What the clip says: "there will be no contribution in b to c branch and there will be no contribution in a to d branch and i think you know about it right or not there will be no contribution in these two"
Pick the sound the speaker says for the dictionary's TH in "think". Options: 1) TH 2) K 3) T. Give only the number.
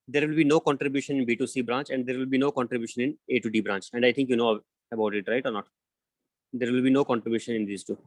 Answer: 3